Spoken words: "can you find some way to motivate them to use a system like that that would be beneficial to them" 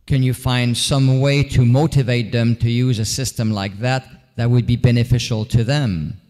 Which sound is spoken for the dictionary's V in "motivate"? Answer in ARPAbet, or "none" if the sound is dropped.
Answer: V